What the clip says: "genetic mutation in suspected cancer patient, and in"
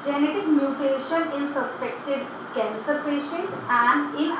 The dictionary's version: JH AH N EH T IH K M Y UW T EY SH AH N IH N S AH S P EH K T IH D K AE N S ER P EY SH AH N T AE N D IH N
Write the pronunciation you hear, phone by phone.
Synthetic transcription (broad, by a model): JH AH N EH T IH K M Y UW T EY SH AH N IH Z S AH S P EH K T IH D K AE N S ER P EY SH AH T AE N D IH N